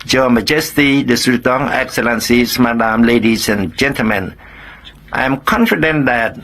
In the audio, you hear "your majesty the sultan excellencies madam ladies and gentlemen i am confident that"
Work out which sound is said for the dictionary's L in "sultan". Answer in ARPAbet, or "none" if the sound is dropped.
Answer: none